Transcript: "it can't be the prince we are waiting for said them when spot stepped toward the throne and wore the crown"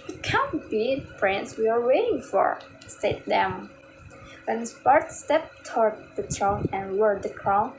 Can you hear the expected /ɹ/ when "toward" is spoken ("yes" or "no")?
yes